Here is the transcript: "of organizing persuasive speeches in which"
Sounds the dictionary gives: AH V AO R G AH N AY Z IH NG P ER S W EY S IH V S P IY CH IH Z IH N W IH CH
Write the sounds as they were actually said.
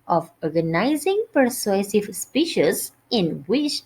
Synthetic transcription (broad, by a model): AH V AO R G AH N AY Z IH NG P ER S W EY S IH V S P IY SH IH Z IH N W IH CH